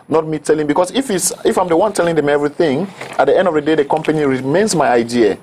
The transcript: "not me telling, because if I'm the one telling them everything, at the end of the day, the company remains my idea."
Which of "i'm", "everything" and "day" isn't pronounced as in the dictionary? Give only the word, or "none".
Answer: none